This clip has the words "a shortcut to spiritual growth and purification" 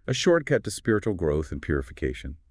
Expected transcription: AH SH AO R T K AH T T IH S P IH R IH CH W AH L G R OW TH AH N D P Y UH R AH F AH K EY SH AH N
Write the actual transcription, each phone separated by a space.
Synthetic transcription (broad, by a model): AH SH AO R T K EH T T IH S P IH R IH CH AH L G R OW TH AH N P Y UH R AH F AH K EY SH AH N